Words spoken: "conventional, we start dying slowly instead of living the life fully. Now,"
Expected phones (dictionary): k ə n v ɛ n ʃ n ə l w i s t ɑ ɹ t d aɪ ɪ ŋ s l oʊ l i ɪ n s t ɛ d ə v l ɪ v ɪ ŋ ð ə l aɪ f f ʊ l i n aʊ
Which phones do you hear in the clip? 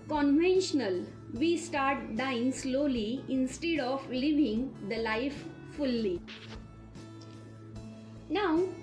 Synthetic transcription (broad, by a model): k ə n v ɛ n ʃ n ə l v i s t ɑ ɹ t d aɪ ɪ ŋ s l oʊ l i ɪ n s t ɛ d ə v l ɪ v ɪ ŋ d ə l aɪ f f ʊ l i n aʊ